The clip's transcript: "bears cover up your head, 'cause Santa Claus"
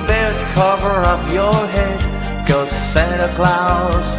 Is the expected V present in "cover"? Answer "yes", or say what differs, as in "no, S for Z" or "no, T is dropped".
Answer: yes